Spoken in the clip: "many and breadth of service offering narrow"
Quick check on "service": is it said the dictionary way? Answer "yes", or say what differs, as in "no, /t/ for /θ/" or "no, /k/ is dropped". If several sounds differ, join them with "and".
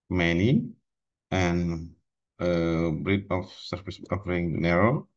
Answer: no, /f/ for /v/